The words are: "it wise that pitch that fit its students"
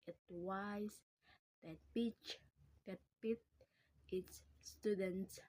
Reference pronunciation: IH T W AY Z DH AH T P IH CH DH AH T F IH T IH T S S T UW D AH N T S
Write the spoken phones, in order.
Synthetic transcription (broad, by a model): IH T W AY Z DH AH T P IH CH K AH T P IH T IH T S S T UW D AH N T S